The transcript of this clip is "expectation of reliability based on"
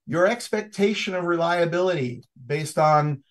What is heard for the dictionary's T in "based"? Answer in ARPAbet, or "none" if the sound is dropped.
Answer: T